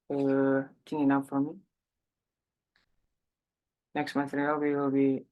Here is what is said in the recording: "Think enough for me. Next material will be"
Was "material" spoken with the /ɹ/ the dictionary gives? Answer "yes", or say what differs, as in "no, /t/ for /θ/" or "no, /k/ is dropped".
no, /w/ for /ɹ/